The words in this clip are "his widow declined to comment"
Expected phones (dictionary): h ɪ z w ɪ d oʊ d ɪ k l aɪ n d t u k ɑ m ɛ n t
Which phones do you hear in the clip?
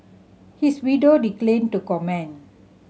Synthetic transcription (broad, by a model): h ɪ s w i d oʊ d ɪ k l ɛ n t u k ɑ m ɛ n